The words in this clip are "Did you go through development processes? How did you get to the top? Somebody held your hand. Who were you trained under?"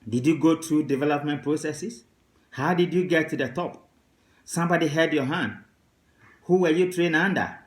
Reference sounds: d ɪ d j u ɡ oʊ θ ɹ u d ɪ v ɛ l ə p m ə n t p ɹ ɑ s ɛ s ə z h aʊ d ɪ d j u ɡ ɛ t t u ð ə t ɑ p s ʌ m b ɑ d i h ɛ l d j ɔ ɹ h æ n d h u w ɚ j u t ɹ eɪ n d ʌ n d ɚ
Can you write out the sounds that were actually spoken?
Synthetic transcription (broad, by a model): d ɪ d j u ɡ oʊ t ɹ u d ɪ v ɛ l ə p m ə n t p ɹ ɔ s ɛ s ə s h aʊ d ɪ d j u ɡ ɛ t t u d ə t ɑ p s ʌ m b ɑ d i h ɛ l d j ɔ h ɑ n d h u w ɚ j u t ɹ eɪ n ɑ n d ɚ